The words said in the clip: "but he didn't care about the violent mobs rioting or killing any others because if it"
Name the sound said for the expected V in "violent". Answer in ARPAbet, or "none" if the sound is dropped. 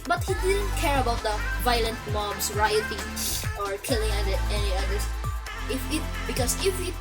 V